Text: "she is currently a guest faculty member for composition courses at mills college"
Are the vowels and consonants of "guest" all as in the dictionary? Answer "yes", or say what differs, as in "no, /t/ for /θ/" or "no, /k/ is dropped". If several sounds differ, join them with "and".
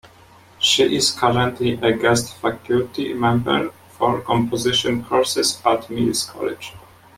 yes